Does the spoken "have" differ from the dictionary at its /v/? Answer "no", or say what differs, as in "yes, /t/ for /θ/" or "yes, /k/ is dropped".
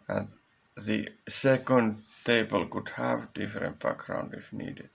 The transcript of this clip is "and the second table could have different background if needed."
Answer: no